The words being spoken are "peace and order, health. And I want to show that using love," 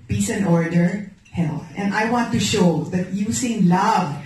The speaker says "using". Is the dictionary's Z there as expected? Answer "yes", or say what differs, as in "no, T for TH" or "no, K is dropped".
no, S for Z